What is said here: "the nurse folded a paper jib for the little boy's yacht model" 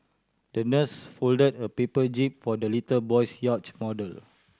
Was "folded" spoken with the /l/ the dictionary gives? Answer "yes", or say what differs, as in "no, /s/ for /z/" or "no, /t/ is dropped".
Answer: yes